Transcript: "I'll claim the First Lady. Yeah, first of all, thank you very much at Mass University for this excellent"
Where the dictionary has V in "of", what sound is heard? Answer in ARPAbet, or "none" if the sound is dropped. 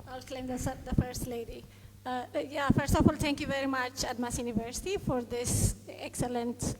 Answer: F